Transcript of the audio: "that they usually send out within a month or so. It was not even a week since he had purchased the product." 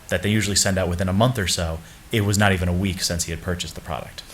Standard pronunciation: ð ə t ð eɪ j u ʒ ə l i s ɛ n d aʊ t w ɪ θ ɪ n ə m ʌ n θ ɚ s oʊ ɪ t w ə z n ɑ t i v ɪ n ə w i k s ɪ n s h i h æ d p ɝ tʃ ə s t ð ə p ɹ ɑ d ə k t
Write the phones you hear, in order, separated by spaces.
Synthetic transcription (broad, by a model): ð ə t ð eɪ j u ʒ l i s ɛ n d aʊ t w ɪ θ ɪ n ə m ʌ n θ ɚ s oʊ ɪ t w ə z n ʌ t i v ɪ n ə w i k s ɪ n s h i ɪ d p ɝ tʃ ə s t ð ə p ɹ ɑ d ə k t